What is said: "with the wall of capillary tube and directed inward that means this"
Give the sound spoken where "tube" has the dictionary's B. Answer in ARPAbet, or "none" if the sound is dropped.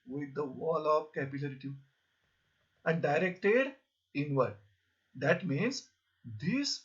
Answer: none